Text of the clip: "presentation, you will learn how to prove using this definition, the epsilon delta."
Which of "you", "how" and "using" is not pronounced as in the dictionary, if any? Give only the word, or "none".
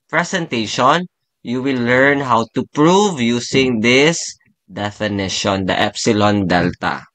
using